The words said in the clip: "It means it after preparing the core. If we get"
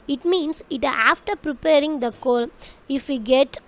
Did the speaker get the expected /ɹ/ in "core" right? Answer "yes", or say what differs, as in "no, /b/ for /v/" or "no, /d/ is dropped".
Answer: no, /l/ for /ɹ/